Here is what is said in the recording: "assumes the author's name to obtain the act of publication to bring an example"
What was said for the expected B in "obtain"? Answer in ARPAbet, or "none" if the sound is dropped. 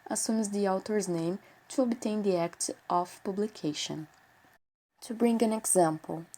B